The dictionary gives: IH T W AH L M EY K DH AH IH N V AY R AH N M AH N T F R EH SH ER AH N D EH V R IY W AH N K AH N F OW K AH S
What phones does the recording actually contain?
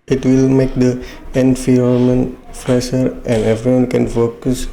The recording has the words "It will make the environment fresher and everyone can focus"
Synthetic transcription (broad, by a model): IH T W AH L M EY K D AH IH N F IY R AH M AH N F R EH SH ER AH N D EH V R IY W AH N K AH N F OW K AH S